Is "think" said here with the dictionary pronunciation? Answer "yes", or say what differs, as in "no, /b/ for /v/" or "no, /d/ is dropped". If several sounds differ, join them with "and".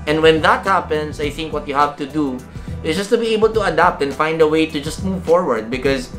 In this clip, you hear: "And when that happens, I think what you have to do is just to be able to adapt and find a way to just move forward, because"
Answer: yes